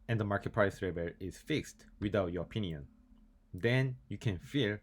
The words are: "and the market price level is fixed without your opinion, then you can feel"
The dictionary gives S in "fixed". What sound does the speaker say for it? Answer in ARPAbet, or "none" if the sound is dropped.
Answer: S